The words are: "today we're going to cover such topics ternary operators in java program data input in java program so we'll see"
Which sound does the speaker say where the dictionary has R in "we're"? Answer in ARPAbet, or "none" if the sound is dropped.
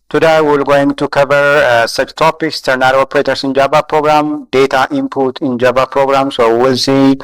L